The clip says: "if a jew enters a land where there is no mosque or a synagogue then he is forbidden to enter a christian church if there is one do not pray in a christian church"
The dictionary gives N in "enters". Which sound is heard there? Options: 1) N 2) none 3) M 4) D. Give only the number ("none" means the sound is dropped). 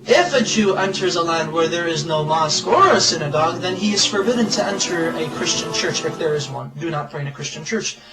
1